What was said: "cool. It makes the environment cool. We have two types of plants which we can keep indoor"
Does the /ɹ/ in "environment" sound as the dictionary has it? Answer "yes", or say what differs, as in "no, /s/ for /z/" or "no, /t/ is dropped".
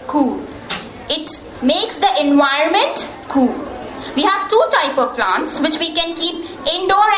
no, /ɹ/ is dropped